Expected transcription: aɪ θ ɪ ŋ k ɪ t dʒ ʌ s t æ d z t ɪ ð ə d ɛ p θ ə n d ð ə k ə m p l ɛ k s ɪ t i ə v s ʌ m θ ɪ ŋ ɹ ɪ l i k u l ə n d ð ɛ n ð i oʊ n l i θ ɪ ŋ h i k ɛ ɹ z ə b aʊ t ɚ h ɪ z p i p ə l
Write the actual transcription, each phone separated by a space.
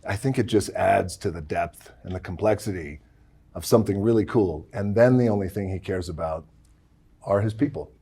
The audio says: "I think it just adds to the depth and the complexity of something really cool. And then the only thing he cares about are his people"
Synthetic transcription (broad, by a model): aɪ θ ɪ ŋ k ɪ t dʒ ʌ s t æ d z t ɪ ð ə d ɛ p θ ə n ð ə k m p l ɛ k s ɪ t i ə v s ʌ m θ ɪ ŋ ɹ ɪ l i k u l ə n ð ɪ n ð i oʊ n l i θ ɪ ŋ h i k ɛ ɹ z ə b aʊ t ɚ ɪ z p i p l